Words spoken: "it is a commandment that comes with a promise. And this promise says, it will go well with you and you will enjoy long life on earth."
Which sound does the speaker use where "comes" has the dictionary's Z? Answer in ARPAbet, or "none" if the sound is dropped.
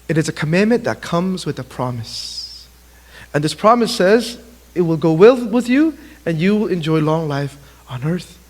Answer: Z